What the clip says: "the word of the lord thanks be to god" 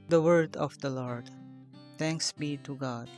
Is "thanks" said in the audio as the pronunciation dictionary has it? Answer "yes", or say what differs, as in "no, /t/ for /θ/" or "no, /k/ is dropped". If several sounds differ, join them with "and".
no, /t/ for /θ/